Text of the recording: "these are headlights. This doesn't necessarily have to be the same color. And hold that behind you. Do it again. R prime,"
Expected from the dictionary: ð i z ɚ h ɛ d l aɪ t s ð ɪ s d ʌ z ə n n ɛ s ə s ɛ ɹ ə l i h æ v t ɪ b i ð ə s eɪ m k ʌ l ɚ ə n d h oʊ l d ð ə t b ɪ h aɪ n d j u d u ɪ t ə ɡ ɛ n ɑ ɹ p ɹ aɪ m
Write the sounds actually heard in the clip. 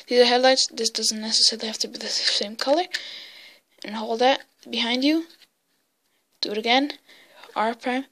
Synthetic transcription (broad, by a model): ð i z ɚ h ɛ d l aɪ t s ð ɪ s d ʌ z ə n n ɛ s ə s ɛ ɹ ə l i h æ f t ɪ b i ð ə s eɪ m k ʌ l ɚ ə n h oʊ l d ð ə t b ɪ h aɪ n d j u d u ɪ t ə ɡ ɛ n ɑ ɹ p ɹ aɪ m